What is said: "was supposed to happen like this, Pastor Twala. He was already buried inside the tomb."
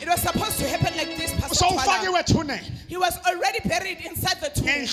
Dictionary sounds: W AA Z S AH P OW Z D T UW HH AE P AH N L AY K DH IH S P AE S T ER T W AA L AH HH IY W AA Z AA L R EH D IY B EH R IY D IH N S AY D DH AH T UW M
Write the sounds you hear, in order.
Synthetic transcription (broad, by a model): W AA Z S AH P OW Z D T UW HH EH P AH N L AY K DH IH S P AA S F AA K W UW N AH HH IY W AA Z AA L R EH D IY B EH R IY D IH N S AY D DH AH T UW